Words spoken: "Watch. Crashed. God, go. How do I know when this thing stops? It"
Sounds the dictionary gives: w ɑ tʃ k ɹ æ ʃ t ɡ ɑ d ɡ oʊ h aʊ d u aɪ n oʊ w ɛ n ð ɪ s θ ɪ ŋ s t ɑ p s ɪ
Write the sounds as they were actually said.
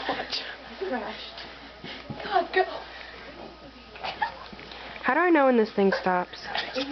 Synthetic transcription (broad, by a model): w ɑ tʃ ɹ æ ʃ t ɡ ɑ d ɡ oʊ h aʊ d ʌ aɪ n oʊ w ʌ n ð ɪ s θ ɪ ŋ s t ɑ p s